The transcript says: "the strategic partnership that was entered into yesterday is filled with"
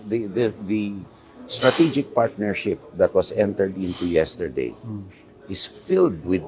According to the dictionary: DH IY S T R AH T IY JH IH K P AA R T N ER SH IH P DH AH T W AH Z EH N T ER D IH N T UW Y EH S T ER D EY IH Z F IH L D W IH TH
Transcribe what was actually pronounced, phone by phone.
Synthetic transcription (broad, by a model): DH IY S T R AH T IY JH IH K P AA R T N ER SH IH P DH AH T W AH S EH N T ER D IH N T UW Y EH S T ER D EY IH S F IH L D W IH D